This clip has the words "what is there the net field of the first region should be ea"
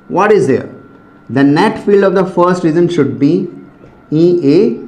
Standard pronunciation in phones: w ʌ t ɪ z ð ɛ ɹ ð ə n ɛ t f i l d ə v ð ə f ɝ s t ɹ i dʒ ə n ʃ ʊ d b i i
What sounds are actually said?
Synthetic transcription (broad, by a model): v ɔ t ɪ z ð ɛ ɹ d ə n ɛ t f i l d ə v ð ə f ɝ s t ɹ i z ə n ʃ ʊ d b i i